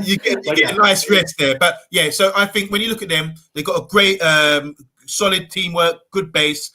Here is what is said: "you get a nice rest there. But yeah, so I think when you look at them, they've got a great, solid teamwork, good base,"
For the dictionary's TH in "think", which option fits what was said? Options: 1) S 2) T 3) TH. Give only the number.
3